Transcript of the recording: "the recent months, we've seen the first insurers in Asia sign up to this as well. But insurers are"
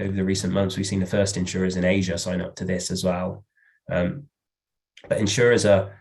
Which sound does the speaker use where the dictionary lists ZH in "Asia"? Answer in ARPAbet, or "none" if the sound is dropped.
ZH